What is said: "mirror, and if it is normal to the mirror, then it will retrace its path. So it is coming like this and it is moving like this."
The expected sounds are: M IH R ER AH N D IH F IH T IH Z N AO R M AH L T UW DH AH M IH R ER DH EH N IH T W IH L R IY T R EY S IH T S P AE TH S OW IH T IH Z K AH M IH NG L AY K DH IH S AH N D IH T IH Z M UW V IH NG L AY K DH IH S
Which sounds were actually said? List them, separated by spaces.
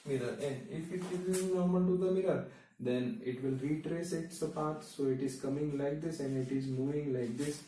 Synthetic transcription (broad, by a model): M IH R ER AH N D IH F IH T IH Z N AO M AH N T UW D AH M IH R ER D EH N IH T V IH L R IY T R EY S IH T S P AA T S OW IH T IH Z K AH M IH NG L AY K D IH S AH N D IH T IH Z M UW V IH NG L AY K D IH S